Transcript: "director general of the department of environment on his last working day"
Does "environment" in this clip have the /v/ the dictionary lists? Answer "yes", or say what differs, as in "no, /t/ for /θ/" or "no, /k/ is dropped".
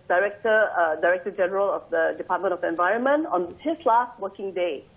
yes